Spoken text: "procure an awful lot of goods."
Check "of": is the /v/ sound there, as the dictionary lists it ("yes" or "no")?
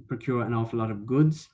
yes